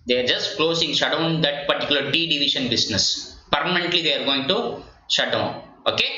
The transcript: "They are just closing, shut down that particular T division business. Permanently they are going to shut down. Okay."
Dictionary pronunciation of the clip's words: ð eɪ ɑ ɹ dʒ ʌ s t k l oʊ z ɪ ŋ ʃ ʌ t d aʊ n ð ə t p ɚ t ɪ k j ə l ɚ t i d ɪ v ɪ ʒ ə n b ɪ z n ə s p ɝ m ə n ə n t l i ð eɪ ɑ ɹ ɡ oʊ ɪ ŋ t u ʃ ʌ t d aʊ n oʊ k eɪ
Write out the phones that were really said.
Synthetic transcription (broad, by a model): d eɪ ɑ ɹ dʒ ʌ s t k l oʊ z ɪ ŋ ʃ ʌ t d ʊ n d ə t p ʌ t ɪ k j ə l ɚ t i d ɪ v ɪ ʃ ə n b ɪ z n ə s p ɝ m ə n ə n t l i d eɪ ɑ ɹ ɡ oʊ ɪ ŋ t u ʃ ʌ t d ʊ n oʊ k eɪ